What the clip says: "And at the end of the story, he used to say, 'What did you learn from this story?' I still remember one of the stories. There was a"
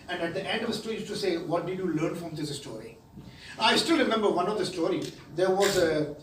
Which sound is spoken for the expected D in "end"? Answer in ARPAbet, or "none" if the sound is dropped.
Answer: D